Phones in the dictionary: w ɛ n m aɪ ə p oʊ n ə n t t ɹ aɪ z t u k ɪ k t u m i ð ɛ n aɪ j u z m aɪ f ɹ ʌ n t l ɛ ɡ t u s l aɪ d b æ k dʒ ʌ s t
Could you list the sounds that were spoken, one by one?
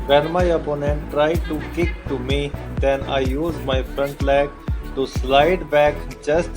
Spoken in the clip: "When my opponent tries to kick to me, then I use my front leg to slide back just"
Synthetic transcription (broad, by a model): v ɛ n m aɪ ə p oʊ n ə n t t ɹ aɪ t u k ɪ k t u m i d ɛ n aɪ j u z m aɪ f ɹ ʌ n t l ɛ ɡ t u s l aɪ d b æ k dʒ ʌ s t